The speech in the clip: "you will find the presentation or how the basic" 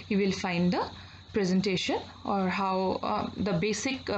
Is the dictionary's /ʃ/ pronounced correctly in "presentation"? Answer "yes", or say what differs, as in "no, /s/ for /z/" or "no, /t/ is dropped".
yes